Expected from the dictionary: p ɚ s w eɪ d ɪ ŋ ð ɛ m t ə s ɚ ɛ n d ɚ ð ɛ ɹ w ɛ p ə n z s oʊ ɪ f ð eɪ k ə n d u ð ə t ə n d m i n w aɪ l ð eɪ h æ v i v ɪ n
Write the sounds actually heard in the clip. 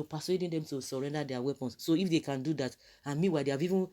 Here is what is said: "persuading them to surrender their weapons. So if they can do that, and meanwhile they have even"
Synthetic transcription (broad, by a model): p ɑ s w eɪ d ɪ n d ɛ m t ə s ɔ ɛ n d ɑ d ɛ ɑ w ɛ p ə n s oʊ ɪ f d eɪ k ə n d u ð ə t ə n m i w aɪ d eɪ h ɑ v i v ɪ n